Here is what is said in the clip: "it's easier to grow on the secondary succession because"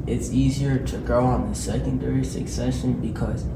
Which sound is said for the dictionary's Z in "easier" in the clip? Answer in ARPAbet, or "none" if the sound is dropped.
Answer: Z